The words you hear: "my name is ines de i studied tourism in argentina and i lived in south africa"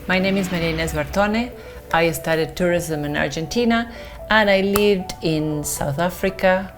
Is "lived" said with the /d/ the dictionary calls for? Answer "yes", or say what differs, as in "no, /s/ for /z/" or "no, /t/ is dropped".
yes